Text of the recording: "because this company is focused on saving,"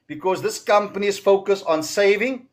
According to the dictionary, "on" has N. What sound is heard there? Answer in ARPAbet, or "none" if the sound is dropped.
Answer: N